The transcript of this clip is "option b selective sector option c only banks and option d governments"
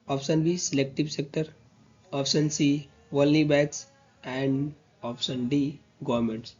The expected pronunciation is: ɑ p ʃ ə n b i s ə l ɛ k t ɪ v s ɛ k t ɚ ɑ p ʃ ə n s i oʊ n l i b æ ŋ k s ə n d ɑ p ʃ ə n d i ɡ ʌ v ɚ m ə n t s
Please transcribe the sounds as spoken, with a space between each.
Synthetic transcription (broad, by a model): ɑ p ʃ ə n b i s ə l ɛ k t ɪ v s ɛ k t ɚ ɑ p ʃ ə n s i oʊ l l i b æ k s ə n d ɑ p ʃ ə n d i ɡ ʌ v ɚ m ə n t s